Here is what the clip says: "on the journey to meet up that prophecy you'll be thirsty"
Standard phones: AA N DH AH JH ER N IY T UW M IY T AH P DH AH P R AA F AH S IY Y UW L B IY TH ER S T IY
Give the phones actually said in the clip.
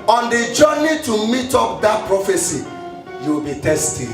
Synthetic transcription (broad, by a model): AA N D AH JH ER N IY T UW M IY T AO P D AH P R AA F AH S IY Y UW W B IY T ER S T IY